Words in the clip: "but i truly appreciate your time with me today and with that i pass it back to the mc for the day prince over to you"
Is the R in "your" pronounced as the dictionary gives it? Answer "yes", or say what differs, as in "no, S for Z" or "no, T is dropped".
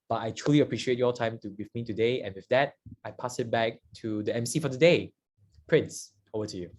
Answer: no, L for R